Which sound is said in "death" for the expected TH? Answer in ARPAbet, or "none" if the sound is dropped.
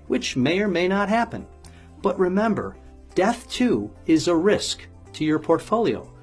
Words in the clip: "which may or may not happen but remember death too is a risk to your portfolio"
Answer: TH